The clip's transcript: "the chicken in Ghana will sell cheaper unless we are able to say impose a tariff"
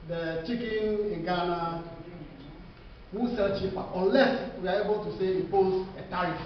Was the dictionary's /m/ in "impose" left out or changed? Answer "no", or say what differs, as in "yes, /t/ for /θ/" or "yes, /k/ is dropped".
yes, /m/ is dropped